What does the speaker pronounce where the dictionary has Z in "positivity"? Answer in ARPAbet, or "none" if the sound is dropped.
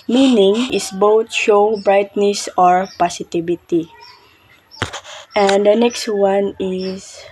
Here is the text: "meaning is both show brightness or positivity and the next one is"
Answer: S